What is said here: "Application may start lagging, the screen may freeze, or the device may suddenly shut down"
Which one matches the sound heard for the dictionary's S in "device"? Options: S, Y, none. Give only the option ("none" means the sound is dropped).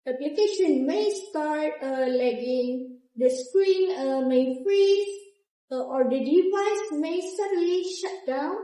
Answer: S